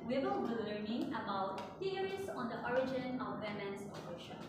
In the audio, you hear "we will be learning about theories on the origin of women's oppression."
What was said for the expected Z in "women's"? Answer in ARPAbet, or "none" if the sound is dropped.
S